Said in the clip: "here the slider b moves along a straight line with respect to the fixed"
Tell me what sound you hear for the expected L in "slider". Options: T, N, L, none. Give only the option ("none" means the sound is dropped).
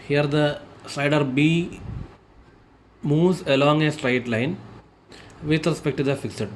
none